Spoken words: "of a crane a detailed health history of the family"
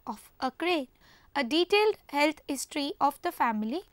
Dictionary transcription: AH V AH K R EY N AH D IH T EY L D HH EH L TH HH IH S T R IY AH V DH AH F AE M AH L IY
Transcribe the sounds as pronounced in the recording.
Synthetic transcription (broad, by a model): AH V AH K R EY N AH D IH T EY L D HH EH L T HH IH S T R IY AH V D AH F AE M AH L IY